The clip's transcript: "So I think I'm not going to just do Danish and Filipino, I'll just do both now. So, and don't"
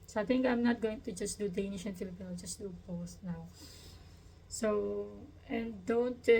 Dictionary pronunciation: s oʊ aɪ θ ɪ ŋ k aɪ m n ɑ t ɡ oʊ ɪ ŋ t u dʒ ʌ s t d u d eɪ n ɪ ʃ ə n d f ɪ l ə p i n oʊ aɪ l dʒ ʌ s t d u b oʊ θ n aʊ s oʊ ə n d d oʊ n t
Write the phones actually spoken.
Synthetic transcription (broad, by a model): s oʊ aɪ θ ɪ ŋ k aɪ m n ɑ t ɡ oʊ ɪ ŋ t u dʒ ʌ s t d u d eɪ n ɪ ʃ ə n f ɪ l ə p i n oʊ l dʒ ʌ s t d u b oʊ s n aʊ s oʊ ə n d d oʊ n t